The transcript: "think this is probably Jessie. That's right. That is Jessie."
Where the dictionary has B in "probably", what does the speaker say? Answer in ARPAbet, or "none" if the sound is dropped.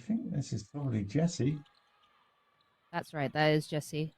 none